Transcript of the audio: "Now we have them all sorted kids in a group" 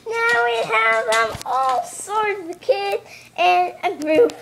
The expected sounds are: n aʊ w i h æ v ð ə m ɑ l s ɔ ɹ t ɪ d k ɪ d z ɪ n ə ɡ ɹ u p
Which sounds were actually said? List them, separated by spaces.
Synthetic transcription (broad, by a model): n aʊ w i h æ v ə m ɑ l s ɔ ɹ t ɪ k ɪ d ɪ n ə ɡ ɹ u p